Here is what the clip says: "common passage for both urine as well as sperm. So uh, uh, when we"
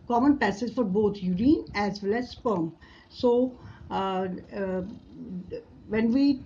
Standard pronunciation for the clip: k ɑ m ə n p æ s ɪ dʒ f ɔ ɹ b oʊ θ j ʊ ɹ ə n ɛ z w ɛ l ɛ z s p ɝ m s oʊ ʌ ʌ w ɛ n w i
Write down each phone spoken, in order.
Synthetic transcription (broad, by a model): k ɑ m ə n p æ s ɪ z f ɔ ɹ b oʊ t j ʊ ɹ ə n ɛ z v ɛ l ɛ z s p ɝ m s oʊ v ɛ n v i